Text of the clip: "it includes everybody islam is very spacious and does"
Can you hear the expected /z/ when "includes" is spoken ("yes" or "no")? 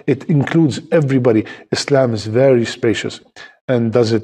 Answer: yes